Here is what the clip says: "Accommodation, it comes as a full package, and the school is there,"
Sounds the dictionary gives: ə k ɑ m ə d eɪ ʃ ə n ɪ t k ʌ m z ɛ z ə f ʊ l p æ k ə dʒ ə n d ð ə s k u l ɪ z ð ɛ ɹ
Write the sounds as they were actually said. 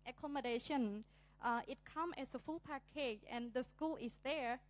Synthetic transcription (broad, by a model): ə k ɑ m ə d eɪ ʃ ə n ɪ t k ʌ m ɛ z ə f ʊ l p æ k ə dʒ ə n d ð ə s k u l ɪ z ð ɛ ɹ